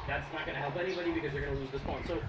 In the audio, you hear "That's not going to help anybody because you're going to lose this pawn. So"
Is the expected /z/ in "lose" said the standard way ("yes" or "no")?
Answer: yes